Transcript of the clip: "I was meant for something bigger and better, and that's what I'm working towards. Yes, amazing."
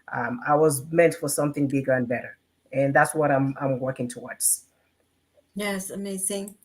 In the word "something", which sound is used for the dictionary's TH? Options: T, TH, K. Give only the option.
TH